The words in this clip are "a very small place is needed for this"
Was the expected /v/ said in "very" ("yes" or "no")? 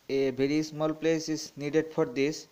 no